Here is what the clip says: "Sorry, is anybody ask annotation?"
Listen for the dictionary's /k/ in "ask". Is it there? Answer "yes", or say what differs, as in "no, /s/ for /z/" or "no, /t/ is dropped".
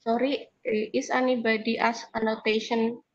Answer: no, /k/ is dropped